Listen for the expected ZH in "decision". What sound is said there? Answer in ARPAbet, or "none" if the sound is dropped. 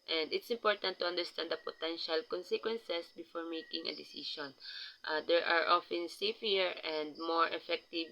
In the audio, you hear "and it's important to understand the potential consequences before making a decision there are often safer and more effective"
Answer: SH